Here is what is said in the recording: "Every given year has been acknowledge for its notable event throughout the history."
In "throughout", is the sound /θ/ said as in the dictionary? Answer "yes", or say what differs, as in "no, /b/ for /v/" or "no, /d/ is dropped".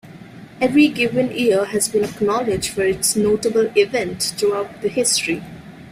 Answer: no, /t/ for /θ/